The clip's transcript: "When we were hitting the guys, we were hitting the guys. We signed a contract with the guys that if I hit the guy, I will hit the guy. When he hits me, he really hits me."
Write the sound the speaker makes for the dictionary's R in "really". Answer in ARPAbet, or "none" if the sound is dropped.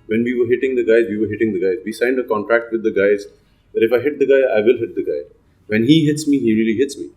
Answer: R